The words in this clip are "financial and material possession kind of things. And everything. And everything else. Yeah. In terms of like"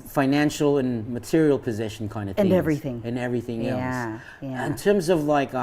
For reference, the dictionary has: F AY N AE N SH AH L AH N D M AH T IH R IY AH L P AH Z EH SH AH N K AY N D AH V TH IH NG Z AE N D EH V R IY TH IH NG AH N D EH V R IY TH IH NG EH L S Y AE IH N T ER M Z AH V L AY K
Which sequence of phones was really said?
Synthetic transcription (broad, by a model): F AY N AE N SH L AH N M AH T IH R IY L P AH Z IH SH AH N K AY N D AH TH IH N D EH V R IY TH IH NG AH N EH V R IY TH IH NG EH L S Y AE IH N T ER M Z AH V L AY K